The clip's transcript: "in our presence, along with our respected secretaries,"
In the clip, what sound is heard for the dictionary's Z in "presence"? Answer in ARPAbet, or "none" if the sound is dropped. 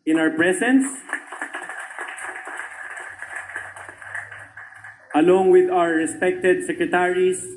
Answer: S